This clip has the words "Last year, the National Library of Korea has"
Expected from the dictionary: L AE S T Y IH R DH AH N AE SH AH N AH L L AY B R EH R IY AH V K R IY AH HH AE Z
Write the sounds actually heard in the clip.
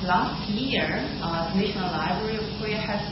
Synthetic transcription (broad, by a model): L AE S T Y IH R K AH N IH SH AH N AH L L AY B R EH R IY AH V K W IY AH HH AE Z